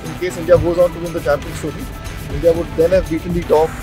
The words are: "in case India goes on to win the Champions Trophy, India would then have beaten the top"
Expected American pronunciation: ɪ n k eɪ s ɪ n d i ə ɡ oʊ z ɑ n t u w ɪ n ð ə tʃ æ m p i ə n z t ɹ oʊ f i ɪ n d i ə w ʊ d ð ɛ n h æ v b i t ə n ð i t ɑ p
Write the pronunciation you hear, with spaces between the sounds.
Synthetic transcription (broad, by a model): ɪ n k eɪ s ɪ n d i ə ɡ oʊ z ɑ n t u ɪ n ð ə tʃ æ m p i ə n s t oʊ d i ɪ n d i ə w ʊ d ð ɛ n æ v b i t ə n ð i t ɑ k